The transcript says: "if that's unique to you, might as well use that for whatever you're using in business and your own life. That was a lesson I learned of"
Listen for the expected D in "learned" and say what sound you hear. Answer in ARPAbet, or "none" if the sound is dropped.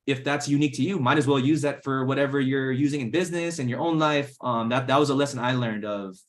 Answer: D